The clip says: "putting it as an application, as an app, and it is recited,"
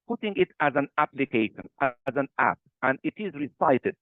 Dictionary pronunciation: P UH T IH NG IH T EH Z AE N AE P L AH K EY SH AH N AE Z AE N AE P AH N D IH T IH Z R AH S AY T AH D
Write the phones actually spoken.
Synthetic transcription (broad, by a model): P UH T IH NG IH T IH Z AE N AE P L AH K EY SH AH N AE Z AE N AE P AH N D IH T IH Z R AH S AY T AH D